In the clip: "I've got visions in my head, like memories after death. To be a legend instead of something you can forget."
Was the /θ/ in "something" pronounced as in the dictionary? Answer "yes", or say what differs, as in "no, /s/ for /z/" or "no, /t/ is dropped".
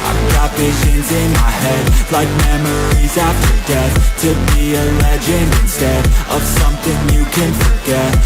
yes